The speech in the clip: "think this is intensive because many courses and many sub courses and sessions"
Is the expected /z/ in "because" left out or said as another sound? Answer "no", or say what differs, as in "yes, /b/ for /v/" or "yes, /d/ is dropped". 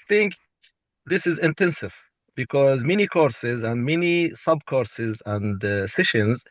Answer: no